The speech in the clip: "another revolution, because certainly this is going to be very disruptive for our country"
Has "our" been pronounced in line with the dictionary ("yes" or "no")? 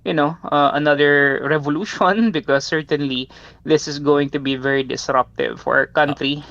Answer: yes